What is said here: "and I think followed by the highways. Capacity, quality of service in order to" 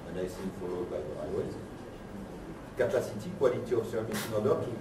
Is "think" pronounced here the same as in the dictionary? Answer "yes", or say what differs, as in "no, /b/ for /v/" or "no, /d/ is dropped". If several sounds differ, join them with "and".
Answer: no, /s/ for /θ/